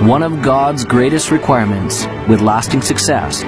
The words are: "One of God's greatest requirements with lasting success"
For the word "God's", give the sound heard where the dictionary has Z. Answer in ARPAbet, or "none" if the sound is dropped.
Z